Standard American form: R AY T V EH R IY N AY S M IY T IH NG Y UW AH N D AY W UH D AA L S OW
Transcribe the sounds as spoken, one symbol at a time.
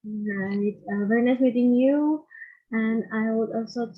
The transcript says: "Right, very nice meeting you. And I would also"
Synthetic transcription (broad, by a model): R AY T V EH R IY N AY S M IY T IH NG Y UW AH N AY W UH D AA L S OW